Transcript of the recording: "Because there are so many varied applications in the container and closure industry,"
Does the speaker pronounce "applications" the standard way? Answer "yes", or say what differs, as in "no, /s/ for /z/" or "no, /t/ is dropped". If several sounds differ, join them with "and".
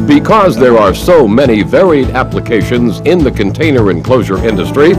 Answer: yes